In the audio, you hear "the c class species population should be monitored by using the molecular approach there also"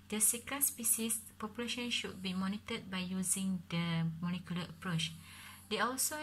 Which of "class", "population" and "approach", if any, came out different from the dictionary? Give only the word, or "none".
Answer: class